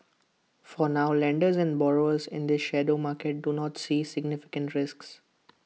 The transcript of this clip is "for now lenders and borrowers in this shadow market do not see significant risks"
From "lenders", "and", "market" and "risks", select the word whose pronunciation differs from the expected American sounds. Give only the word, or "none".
none